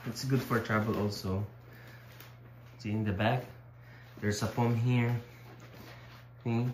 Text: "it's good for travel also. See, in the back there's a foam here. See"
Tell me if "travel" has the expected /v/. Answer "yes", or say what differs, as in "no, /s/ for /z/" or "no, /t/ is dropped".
no, /b/ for /v/